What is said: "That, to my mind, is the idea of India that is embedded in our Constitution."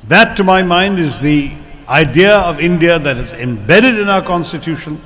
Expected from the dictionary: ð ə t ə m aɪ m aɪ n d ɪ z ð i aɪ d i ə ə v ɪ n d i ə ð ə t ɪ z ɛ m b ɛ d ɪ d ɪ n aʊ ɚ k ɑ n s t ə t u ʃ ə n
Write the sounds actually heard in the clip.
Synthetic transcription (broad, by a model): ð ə t ə m aɪ m aɪ n d ɪ z ð i aɪ d i ə ə v ɪ n d i ə ð ə t ɪ z ɛ m b ɛ d ɪ d ɪ n aʊ ɚ k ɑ n s t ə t u ʃ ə n